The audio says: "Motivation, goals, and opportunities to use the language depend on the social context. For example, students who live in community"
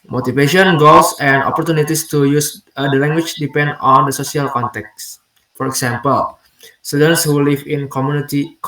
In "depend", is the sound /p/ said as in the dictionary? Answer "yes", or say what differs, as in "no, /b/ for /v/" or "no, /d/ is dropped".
yes